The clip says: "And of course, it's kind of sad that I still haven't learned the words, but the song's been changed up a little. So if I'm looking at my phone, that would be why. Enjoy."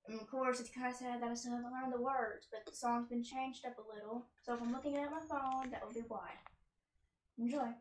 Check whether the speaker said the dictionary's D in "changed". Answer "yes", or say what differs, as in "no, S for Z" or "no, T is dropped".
yes